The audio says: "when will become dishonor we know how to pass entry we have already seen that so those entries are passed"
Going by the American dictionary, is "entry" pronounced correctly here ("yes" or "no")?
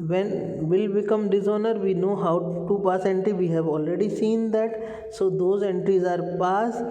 yes